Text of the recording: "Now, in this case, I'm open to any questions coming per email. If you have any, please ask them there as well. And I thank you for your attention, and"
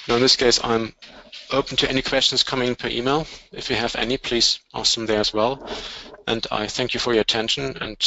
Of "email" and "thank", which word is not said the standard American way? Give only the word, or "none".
none